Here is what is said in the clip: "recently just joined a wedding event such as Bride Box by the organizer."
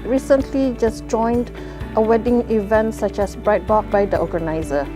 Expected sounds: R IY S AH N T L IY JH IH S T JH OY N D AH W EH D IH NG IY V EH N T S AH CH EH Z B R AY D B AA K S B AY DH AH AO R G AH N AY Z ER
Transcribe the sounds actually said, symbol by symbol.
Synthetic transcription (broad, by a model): R IY S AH N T L IY JH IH S JH OY N D AH W EH D IH NG IY V EH N T S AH CH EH S B R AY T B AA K B AY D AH AO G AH N AY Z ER